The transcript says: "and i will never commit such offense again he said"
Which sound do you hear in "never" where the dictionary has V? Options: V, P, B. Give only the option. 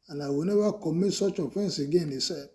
B